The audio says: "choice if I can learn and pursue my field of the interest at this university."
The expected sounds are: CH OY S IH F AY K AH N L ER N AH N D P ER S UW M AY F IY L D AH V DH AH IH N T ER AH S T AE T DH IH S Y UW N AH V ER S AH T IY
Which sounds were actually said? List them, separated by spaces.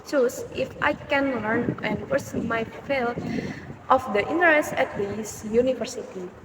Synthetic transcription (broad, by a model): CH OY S IH F AY K AH N L ER N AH N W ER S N M AY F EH L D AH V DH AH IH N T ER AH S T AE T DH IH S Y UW N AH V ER S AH T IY